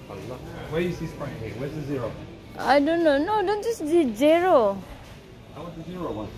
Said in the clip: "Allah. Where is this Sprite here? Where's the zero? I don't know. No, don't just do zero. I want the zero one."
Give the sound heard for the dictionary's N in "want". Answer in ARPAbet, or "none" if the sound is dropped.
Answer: none